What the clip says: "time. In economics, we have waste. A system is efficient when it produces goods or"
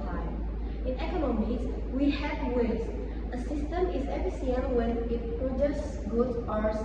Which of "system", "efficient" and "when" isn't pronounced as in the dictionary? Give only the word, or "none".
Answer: efficient